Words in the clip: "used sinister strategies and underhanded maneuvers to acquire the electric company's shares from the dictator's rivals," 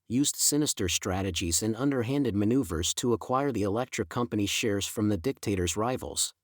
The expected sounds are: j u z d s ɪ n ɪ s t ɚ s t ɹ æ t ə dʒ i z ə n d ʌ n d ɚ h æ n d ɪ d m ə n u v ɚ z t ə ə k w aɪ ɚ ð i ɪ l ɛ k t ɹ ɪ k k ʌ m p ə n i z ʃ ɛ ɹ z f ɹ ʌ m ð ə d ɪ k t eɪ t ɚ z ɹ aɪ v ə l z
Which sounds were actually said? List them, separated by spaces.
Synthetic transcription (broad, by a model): j u z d s ɪ n ɪ s t ɚ s t ɹ æ t ə dʒ i z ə n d ʌ n d ɚ h æ n d ɪ d m ə n u v ɚ z t ə ə k w aɪ ɚ ð i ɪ l ɛ k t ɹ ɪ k k ʌ m p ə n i ʃ ɛ ɹ z f ɹ ʌ m ð ə d ɪ k t eɪ t ɚ z ɹ aɪ v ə l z